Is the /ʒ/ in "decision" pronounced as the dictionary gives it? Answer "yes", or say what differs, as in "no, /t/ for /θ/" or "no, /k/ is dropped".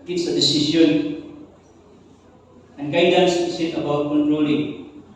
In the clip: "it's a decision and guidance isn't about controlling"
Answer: no, /s/ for /ʒ/